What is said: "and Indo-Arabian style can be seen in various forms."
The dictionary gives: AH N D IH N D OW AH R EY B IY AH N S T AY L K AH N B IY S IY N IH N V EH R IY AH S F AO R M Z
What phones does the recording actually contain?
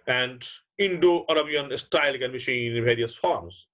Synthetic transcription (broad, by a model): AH N D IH N D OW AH R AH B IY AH N S T AY L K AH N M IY SH IY N IH N V EH R IY AH S F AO R M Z